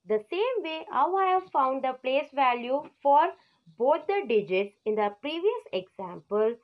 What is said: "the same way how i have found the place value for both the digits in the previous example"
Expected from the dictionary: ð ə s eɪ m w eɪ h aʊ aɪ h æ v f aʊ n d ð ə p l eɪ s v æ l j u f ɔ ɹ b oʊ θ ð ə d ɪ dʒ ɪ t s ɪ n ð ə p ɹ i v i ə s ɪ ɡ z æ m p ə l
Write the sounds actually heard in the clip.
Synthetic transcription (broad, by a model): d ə s eɪ m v eɪ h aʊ aɪ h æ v f aʊ n d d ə p l eɪ s v æ l j u f ɔ ɹ b oʊ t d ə d ɪ dʒ ɪ t s ɪ n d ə p ɹ i v i ə s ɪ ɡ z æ m p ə l